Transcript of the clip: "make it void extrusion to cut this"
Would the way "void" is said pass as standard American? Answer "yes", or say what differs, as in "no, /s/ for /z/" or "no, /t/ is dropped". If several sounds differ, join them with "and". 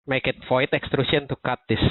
no, /f/ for /v/